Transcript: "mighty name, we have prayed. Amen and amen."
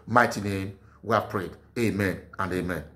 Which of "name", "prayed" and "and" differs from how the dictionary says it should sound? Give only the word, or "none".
none